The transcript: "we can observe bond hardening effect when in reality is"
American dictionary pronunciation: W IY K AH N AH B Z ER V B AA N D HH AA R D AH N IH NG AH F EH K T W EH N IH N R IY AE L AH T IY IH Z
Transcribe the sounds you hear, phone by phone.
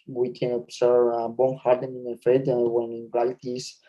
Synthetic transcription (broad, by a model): W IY K AH N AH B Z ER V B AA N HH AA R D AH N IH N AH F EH T W EH N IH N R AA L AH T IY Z